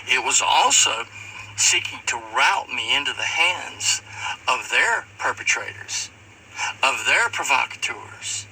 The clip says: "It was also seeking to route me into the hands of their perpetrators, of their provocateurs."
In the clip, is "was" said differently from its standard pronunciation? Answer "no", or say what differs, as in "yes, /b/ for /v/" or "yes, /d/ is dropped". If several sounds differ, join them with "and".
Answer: no